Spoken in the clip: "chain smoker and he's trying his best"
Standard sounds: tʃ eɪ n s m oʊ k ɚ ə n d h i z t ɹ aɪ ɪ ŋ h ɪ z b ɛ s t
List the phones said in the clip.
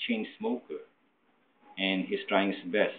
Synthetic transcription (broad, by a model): tʃ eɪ n s m oʊ k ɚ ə n h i s t ɹ aɪ ɪ ŋ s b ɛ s